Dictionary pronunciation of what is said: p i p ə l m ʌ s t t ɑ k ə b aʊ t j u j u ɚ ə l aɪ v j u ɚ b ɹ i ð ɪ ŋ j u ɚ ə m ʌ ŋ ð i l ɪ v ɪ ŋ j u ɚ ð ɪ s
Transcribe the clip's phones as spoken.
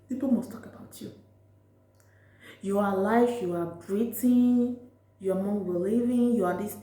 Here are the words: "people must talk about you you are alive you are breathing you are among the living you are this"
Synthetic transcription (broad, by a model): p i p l m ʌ s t t ɑ k ə b aʊ t j u j u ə l aɪ f j u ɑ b ɹ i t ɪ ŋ j u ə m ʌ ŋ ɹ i l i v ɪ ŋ j u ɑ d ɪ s